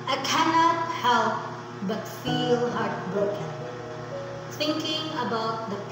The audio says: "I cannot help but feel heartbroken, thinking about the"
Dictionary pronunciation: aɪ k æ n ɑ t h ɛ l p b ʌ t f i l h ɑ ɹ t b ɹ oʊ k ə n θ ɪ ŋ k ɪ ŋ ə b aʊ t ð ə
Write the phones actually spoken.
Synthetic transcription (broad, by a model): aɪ k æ n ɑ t h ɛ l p b ʌ t f i l h ɑ ɹ t b ɹ oʊ k ə n s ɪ ŋ k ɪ ŋ ə b aʊ t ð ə